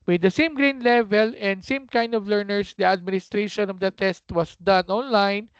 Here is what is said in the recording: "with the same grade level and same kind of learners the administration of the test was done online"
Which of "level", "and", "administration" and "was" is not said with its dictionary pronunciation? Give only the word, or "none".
was